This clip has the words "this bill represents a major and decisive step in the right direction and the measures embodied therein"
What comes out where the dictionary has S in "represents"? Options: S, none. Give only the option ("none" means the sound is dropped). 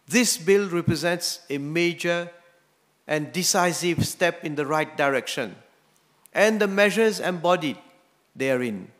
S